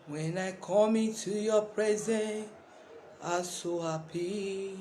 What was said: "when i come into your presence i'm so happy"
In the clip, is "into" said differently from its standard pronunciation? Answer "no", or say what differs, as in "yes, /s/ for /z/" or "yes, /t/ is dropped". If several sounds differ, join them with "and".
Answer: yes, /n/ is dropped